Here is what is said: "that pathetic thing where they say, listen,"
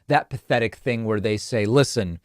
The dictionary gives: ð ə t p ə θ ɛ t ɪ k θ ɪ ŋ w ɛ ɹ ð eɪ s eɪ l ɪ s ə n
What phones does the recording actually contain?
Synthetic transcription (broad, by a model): ð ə t p ə θ ɛ t ɪ k θ ɪ ŋ w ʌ ɹ ð eɪ s eɪ l ɪ s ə n